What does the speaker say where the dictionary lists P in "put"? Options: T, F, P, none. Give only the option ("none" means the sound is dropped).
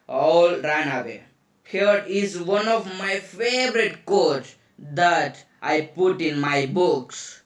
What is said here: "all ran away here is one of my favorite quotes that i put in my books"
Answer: P